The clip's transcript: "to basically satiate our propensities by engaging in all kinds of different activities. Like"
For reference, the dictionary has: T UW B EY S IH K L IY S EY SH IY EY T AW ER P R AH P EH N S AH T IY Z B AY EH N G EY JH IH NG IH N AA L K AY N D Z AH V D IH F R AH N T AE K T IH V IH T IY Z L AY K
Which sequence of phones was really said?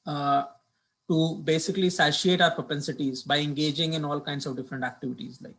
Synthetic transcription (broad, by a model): T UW B EY S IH K L IY S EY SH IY EY T AW ER P R AH P EH N S AH T IY Z B AY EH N G EY JH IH NG IH N AA L K AY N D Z AH V D IH F R AH N T AE K T IH V IH T IY Z L AY K